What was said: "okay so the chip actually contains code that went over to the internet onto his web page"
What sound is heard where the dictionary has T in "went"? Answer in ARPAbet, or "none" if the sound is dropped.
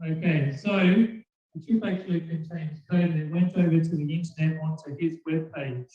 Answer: T